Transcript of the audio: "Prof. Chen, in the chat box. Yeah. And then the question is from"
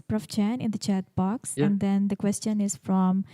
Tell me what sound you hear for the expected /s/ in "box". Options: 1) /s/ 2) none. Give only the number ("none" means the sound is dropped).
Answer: 1